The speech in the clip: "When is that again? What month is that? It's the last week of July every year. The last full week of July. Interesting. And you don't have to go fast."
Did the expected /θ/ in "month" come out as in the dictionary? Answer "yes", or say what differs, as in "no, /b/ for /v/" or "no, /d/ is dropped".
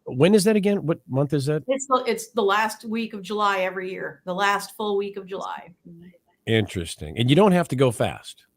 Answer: yes